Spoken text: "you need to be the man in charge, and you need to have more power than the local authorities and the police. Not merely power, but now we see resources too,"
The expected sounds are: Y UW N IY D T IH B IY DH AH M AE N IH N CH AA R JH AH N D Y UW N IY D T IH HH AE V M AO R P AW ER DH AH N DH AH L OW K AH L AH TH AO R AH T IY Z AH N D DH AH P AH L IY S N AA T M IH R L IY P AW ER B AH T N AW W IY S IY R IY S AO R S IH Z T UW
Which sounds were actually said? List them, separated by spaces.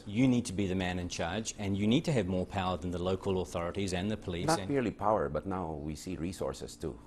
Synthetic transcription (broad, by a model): Y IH N IY D T IH B IY DH AH M AE N IH N CH AA R JH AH N Y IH N IY D T IH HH V M AO R P AW ER DH AH N DH AH L OW K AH L AH TH AO R AH T IY Z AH N DH AH P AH L IY N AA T M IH R L IY P AW ER B AH T N AW W IY S IY R IY S AO R S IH S T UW